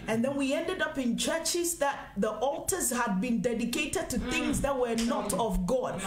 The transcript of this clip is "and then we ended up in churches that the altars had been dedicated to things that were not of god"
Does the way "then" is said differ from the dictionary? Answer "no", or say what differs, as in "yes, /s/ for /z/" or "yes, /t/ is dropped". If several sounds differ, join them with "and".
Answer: no